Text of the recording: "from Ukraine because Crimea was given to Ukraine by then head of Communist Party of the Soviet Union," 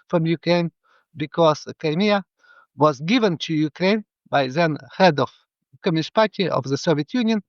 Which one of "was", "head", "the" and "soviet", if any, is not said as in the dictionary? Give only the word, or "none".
none